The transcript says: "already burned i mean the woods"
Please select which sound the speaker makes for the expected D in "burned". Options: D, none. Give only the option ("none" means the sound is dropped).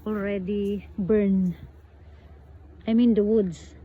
none